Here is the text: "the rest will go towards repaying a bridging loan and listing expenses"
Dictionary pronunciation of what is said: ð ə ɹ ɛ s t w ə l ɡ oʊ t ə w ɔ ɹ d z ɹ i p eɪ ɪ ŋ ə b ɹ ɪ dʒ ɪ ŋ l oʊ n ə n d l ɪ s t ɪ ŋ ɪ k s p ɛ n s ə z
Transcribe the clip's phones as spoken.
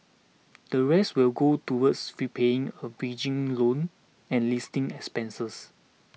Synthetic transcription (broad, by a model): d ə ɹ ɛ s t w ə l ɡ oʊ t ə w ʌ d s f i p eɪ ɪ ŋ ə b i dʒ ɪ ŋ l oʊ n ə n l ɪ s t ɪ ŋ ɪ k s p ɛ n s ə s